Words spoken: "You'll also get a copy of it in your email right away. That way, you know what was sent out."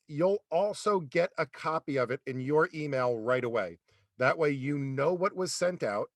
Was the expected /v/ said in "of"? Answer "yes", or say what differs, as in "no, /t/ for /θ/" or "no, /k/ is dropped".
yes